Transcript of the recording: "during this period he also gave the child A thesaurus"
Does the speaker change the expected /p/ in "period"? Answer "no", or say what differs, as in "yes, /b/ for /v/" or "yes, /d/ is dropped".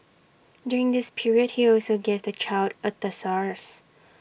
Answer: no